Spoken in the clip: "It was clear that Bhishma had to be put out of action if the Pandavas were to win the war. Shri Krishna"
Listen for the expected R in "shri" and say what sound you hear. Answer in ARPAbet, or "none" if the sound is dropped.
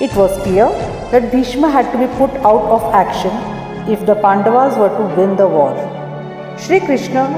R